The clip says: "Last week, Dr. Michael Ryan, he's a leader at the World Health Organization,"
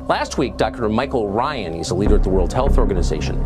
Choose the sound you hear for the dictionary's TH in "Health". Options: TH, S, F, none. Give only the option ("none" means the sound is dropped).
TH